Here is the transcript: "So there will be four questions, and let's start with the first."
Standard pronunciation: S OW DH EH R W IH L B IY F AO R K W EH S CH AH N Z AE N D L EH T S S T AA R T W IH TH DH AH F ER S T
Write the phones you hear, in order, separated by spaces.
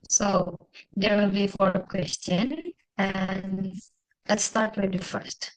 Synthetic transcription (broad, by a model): S OW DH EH R W IH L B IY F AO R K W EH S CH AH N AE N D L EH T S S T AA R T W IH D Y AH F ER S T